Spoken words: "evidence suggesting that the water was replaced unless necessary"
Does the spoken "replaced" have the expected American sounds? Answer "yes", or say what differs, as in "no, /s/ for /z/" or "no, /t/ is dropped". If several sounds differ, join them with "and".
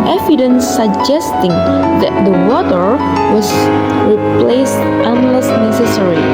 yes